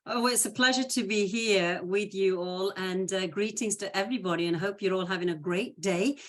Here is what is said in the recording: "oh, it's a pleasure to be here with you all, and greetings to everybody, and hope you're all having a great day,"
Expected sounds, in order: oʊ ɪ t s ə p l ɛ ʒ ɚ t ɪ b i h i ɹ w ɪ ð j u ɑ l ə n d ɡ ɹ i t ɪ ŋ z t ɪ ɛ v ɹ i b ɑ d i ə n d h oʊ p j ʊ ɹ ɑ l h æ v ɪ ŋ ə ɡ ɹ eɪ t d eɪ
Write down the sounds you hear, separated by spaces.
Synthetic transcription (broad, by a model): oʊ ɪ t s ə p l ɛ ʒ ɚ t ɪ b i h i ɹ w ɪ ð j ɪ ɑ l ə n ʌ ɡ ɹ i t ɪ ŋ z t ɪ ɛ v ɹ i b ɑ d i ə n h oʊ p j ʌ ɹ ɑ l h æ v ɪ ŋ ə ɡ ɹ eɪ t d eɪ